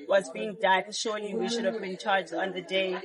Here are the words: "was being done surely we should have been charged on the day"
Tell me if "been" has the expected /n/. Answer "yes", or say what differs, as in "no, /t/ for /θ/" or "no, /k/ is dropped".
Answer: yes